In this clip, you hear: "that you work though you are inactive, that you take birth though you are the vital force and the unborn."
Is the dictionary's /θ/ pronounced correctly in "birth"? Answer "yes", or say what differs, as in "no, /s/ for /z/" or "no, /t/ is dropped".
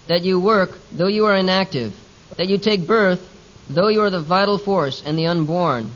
yes